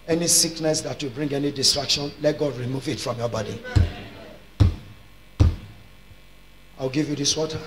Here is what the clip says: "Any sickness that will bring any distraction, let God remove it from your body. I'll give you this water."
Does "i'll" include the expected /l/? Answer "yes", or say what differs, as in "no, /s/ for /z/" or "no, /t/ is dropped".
no, /w/ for /l/